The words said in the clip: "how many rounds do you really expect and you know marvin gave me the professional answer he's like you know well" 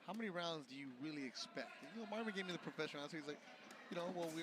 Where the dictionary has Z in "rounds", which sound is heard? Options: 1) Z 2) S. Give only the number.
1